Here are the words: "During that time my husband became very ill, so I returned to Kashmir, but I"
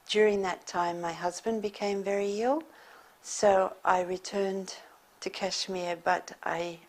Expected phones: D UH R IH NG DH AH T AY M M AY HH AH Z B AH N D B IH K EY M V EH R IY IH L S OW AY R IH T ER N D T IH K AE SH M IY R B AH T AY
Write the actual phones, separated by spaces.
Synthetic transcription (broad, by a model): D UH R IH NG DH AH T AY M M AY HH AH Z B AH N B IH K EY M V EH R IY IH L S OW AY R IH T ER N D T IH K AE SH M IY R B AH T AY